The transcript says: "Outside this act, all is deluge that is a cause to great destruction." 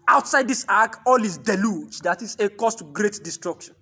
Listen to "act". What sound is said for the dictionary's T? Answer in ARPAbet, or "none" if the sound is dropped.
none